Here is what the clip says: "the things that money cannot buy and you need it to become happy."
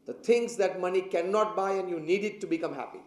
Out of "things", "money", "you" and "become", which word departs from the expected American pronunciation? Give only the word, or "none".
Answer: things